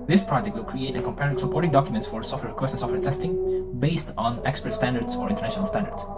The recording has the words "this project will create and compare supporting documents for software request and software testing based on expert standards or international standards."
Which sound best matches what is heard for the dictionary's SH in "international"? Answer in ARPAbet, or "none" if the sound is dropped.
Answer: SH